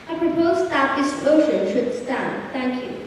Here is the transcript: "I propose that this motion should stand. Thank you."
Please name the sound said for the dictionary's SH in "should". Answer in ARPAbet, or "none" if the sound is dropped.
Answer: SH